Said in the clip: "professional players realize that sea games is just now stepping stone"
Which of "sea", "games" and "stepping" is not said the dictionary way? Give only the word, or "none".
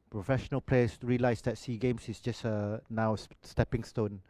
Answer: games